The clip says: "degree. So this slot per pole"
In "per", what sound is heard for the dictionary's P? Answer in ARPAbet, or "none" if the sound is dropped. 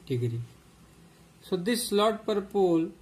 P